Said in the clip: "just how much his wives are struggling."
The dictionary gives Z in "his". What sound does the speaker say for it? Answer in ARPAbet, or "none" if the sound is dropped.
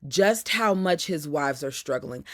Z